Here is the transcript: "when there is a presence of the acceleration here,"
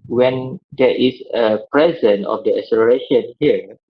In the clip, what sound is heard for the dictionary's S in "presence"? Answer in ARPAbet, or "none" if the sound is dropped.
none